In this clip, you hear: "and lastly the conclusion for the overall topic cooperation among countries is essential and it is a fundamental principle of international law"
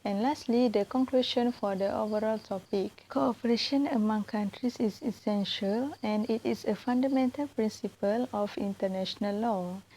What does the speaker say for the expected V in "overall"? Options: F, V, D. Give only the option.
V